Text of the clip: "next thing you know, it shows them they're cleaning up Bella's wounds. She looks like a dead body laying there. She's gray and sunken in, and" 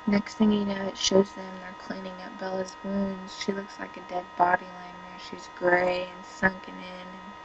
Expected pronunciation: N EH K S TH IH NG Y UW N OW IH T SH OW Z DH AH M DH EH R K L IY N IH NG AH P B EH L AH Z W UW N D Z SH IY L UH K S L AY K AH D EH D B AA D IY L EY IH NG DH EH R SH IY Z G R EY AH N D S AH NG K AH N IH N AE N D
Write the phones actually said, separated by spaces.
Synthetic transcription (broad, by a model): N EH K S TH IH NG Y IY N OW IH T SH OW Z DH AH M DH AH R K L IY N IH NG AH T B EH L AH Z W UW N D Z SH IY L UH K S L AY K AH D EH D B AA D IY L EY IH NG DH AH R SH IY Z G R EY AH N S AH NG K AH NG IH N N